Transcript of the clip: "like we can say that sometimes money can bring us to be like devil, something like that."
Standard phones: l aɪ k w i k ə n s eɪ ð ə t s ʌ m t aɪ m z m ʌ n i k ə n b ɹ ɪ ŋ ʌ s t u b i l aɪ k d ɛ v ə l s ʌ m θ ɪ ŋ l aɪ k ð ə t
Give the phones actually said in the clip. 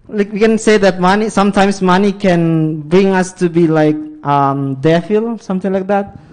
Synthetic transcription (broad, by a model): l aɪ k w i k ə n s eɪ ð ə t s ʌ m t aɪ m s m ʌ n i k ə n b ɹ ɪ ŋ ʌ s t u b i l aɪ k d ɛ f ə l s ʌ m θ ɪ ŋ l aɪ k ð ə t